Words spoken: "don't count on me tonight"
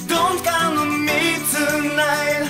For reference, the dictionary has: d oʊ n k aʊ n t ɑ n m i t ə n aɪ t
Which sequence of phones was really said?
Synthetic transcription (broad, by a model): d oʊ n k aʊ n ɑ m i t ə n aɪ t